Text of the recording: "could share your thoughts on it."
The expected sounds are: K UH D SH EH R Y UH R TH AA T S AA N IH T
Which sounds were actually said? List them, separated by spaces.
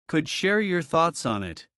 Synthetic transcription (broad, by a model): K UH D SH EH R Y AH R TH AA T S N IH T